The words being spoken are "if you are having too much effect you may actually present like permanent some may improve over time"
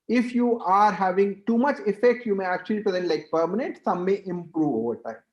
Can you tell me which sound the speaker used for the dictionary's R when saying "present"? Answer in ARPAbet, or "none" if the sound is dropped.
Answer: R